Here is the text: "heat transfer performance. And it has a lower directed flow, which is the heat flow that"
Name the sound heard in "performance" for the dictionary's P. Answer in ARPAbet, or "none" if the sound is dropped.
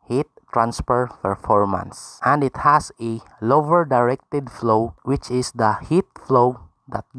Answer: F